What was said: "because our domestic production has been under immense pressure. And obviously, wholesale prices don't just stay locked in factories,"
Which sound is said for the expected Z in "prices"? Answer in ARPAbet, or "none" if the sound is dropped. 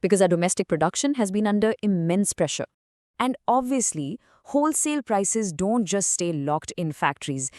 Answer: Z